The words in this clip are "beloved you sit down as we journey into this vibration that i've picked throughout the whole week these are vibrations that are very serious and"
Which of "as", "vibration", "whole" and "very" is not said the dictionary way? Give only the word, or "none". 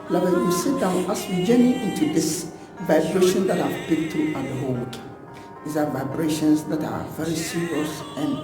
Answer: as